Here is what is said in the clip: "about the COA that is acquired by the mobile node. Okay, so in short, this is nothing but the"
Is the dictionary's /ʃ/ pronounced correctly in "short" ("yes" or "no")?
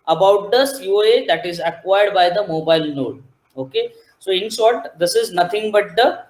no